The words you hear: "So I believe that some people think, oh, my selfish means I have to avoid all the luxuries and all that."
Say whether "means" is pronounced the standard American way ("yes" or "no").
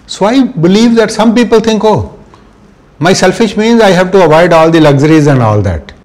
yes